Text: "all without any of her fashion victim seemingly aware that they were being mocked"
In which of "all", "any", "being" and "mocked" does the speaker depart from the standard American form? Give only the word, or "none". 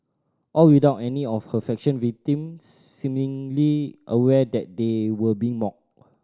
mocked